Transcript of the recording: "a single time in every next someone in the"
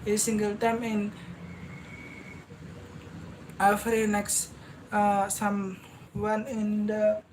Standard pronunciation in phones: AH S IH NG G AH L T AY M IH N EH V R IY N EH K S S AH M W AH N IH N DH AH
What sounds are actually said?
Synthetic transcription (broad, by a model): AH S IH NG G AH L T AY M IH N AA F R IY N EH K S S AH M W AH N IH N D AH